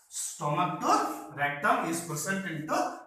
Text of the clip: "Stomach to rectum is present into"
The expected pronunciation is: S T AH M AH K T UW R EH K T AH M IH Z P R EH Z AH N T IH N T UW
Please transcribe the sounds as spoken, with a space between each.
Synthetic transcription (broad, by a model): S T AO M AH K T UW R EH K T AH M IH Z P UW S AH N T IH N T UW